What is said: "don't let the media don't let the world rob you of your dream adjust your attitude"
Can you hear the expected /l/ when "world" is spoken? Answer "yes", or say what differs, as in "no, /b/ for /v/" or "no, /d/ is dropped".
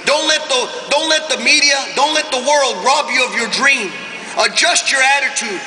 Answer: yes